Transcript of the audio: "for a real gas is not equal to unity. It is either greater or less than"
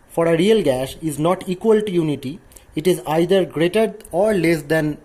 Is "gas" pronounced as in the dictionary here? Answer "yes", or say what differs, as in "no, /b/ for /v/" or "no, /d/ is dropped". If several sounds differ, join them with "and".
no, /ʃ/ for /s/